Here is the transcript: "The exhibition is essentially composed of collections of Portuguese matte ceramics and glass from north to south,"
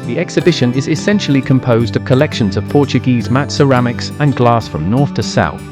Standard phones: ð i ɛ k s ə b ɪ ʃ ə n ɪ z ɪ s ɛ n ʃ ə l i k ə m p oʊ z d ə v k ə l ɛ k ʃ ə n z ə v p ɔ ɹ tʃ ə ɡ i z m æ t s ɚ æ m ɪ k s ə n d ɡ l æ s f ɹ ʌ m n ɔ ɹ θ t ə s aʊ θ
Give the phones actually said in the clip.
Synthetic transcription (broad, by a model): ð i ɛ k s ə b ɪ ʃ ə n ɪ z ɪ s ɛ n ʃ ə l i k ə m p oʊ z d ə v k ə l ɛ k ʃ ə n z ə v p ɔ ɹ tʃ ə ɡ i z m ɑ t s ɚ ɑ m ɪ k s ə n ɡ l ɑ s f ɹ ʌ m n ɔ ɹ θ t ə s aʊ θ